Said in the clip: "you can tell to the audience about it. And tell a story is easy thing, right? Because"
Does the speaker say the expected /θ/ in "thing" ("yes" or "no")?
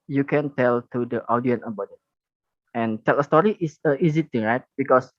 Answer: no